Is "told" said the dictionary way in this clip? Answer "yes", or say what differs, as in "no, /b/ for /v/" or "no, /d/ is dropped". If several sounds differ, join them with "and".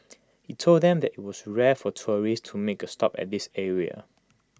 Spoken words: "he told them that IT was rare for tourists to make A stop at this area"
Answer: yes